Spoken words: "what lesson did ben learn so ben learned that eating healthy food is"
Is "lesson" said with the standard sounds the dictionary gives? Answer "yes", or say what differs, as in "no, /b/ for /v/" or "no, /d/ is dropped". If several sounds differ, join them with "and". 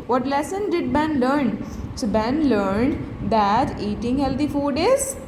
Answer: yes